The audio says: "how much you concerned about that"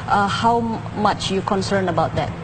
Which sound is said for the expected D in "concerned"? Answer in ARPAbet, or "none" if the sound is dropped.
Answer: none